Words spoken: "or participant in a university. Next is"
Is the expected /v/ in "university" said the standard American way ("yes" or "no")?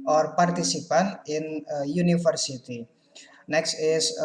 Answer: no